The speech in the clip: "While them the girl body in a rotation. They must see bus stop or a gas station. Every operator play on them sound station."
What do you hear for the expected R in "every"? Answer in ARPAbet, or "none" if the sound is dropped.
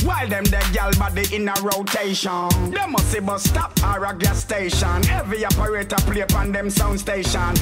none